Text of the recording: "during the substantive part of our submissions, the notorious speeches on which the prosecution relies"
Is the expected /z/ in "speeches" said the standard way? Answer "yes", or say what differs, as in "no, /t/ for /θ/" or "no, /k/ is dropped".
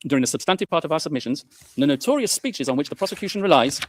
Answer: yes